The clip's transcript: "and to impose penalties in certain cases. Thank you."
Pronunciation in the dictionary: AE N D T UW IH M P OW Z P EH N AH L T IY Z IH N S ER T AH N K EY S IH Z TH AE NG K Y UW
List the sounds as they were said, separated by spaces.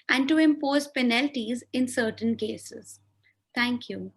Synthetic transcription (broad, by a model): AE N D T UW IH M P OW Z P EH N AH L T IY Z IH N S ER T AH N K EY S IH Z T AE NG K Y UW